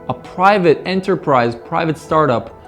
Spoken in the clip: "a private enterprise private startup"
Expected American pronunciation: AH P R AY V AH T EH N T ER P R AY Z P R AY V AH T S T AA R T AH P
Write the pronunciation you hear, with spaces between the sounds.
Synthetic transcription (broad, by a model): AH P R AY V AH T EH N T ER P R AY Z P R AY V AH T S T AA R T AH P